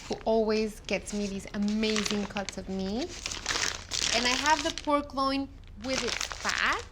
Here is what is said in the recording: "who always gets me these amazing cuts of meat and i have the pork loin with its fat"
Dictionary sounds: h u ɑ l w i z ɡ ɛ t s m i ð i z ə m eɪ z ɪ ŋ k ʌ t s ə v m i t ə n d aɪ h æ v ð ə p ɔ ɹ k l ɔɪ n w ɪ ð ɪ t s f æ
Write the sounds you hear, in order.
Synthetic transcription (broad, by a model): h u ɑ l w i z ɡ ɛ t s m i ð i z ə m eɪ z ɪ ŋ k ʌ t s ə v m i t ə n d aɪ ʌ v ð ə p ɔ ɹ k l ɔɪ n w ɪ ð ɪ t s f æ